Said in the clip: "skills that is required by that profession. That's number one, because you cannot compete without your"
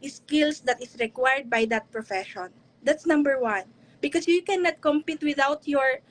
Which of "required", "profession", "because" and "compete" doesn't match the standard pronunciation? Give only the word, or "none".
because